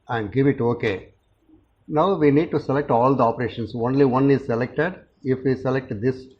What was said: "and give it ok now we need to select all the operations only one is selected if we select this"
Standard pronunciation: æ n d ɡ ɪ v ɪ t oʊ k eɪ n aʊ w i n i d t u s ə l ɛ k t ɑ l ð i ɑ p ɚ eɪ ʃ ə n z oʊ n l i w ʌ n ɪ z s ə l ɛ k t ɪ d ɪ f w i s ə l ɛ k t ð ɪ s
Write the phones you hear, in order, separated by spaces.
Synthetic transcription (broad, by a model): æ n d ɡ ɪ v ɪ t oʊ k eɪ n aʊ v i n i d t u s ə l ɛ k t ɑ l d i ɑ p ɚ eɪ ʃ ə n s oʊ n l i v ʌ n ɪ z s ə l ɛ k t ɪ d ɪ f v i s ə l ɛ k t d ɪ s